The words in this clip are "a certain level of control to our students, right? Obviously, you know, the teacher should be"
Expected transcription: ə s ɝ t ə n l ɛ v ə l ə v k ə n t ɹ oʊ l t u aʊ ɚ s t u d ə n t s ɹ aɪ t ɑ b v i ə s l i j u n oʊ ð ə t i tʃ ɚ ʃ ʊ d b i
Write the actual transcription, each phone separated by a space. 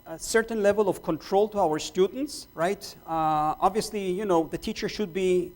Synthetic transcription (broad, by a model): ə s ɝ t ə n l ɛ v ə l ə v k ə n t ɹ oʊ l t u aʊ ɚ s t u d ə n t s ɹ aɪ t ɑ b v i ə s l i j u n oʊ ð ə t i tʃ ɚ ʃ ʊ d b i